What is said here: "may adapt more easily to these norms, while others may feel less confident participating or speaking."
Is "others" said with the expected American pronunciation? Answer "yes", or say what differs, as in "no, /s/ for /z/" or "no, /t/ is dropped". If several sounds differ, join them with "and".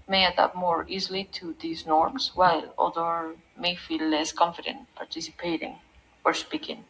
no, /z/ is dropped